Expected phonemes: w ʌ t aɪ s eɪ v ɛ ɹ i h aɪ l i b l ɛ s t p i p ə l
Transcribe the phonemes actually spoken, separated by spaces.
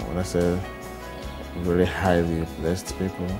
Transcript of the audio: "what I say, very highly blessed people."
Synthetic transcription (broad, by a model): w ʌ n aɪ s eɪ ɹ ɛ l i h aɪ l i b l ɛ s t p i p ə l